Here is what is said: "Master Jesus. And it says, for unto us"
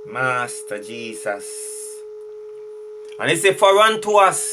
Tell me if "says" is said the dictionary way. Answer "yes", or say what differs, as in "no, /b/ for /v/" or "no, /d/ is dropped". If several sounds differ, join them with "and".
no, /z/ is dropped